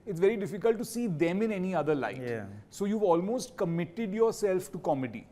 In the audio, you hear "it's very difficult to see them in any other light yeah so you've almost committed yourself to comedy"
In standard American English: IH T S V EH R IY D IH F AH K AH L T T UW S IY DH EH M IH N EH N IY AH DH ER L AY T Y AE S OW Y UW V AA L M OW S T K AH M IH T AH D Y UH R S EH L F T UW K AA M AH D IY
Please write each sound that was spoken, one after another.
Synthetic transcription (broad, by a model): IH T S V EH R IY D IH F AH K AH L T T UW S IY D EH M IH N EH N IY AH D ER L AY T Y S OW Y UW V AA L M OW S T K AH M IH T AH D Y UH R S EH L F T UW K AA M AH D IY